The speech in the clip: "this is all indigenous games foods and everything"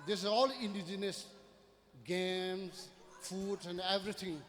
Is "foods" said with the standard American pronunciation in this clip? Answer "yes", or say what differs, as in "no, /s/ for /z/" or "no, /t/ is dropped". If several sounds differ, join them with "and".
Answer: no, /z/ is dropped